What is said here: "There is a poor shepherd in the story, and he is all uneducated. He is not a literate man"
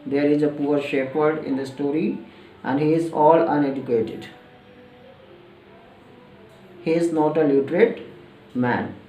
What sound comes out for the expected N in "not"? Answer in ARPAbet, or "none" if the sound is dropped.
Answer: N